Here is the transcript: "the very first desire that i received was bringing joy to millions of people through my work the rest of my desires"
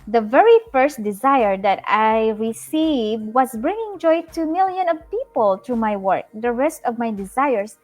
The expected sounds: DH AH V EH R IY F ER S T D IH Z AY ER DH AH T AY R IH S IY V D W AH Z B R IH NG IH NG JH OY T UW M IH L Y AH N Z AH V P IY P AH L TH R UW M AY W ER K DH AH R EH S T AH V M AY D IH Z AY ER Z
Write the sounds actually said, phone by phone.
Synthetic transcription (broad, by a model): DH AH V EH R IY F ER S T D IH Z AY ER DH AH T AY R IH S IY V D W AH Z B R IH NG IH NG JH OY T UW M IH L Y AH N AH V P IY P AH L T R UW M AY W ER K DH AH R EH S T AH V M AY D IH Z AY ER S